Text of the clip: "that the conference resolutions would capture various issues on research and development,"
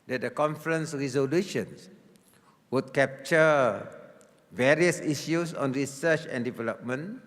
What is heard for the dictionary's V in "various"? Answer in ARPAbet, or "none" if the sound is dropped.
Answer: V